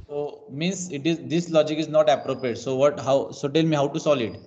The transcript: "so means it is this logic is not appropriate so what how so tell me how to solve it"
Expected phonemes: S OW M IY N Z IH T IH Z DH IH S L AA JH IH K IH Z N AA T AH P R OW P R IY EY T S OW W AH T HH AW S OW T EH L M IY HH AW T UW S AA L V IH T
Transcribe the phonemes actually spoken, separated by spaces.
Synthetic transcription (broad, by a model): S OW M IY N S IH T IH Z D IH S L AA JH IH K IH Z N AA T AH P R OW P R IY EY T S OW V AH T HH AW S OW T EH L M IY HH AW T UW S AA L IH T